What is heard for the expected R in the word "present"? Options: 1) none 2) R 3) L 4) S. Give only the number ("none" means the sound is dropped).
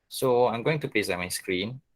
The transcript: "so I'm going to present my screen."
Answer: 3